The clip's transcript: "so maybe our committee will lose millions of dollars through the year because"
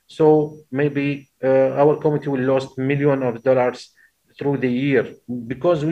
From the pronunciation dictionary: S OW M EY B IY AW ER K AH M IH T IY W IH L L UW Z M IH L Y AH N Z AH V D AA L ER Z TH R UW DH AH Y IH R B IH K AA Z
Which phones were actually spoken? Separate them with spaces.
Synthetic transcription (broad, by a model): S OW M EY B IY AW ER K AH M IH T IY W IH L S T M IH L Y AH N AH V D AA L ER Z TH R UW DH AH Y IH R B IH K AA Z